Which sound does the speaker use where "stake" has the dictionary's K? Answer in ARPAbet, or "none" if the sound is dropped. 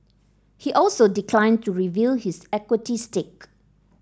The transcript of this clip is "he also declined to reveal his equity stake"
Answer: K